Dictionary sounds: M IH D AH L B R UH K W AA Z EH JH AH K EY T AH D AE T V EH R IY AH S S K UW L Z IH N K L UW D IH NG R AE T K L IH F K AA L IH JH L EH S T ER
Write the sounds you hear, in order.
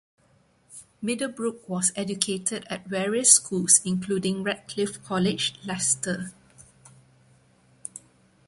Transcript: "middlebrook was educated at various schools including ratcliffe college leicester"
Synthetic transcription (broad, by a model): M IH D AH B R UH K W AA S EH JH AH K EY T AH D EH T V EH R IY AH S S K UW L S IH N K L UW D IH NG R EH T K L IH F K AA L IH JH L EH S T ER